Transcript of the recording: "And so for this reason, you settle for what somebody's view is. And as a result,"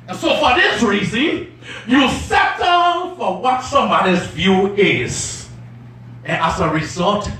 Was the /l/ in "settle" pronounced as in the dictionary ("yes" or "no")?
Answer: no